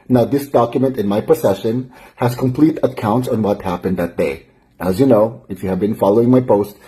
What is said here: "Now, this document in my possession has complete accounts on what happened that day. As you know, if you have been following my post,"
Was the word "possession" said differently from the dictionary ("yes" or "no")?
yes